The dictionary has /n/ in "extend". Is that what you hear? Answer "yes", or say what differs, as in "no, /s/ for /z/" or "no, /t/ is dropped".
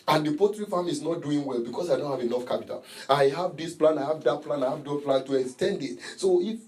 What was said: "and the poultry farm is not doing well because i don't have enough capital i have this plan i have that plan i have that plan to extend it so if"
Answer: yes